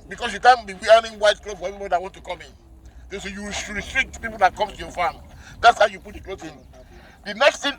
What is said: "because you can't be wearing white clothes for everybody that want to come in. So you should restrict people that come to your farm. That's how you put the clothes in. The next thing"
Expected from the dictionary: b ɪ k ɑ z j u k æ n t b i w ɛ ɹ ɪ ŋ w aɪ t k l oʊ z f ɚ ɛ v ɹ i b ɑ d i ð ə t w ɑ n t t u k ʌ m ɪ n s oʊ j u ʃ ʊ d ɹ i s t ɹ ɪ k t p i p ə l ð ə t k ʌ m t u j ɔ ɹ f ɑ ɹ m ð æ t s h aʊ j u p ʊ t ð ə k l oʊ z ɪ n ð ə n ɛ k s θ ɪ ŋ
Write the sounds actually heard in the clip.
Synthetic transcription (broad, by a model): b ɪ k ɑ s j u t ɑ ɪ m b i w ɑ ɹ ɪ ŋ w aɪ t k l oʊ f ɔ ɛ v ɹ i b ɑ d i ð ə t w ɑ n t t u k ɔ m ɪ n s oʊ j u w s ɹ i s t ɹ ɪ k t p i p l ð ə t k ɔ m t u j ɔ f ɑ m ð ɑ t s h aʊ j u p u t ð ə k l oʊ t ɪ n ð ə n ɛ k s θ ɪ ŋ